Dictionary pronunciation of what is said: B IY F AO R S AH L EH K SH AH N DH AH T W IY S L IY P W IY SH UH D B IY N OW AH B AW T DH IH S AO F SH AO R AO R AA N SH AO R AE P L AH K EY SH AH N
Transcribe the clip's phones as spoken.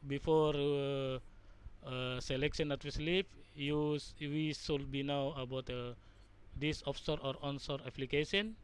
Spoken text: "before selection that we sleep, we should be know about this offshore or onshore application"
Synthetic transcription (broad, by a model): B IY F AO R S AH L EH K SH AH N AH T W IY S L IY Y W IY S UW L B IY N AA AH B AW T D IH S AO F S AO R AO R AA N S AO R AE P L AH K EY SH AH N